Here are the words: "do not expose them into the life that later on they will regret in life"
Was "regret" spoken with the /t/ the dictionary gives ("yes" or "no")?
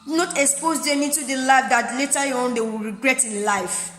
yes